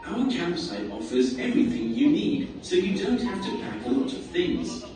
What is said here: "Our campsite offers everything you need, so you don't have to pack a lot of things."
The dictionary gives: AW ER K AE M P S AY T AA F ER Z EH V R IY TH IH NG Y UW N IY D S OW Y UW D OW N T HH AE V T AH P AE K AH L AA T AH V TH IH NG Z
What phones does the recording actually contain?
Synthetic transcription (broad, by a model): AW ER K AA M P S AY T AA F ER Z EH V R IY TH IH NG Y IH N IY D S OW Y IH D OW N T HH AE F T AH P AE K AH L AA T AH V TH IH NG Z